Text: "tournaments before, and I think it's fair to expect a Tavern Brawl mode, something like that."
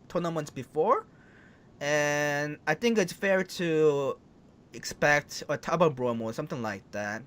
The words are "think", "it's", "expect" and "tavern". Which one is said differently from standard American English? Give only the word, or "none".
tavern